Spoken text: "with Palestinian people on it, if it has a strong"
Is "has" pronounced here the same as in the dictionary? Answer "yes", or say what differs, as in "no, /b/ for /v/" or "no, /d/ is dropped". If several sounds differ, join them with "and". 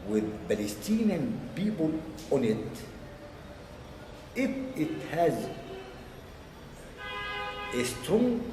yes